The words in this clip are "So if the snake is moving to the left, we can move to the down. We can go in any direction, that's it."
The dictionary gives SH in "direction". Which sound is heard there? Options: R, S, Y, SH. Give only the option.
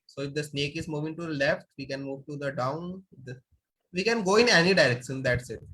S